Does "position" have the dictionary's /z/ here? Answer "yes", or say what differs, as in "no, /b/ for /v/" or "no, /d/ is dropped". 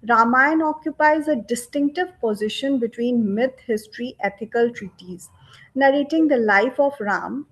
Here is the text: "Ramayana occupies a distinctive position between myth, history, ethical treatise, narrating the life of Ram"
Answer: yes